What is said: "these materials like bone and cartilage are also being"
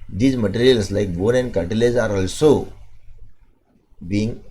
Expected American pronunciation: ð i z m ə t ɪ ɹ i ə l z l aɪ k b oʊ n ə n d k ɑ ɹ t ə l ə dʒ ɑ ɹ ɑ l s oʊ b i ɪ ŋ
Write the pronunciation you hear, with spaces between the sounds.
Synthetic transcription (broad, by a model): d i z m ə t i ɹ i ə l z l aɪ k b oʊ n ə n d k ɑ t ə l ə z ɑ ɹ ɑ l s oʊ b i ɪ ŋ